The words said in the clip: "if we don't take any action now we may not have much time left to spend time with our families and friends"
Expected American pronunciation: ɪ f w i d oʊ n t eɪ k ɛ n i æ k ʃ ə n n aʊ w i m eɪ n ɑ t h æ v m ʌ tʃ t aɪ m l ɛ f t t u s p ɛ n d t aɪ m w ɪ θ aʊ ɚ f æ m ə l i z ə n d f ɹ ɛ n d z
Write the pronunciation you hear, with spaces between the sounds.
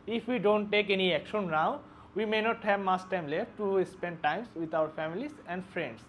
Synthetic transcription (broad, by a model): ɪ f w i d oʊ n t eɪ k ɛ n i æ k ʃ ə n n aʊ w i m eɪ n ɑ t h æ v m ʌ s t aɪ m l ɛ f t t u s p ɛ n d t aɪ m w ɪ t aʊ ɚ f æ m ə l i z ə n d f ɹ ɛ n d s